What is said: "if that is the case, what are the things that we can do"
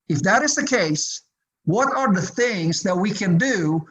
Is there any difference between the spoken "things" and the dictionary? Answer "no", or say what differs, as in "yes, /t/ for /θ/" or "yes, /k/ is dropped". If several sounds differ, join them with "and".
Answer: no